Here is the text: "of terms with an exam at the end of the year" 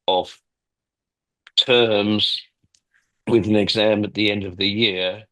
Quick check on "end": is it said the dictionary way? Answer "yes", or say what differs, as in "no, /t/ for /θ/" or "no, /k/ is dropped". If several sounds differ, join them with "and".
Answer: yes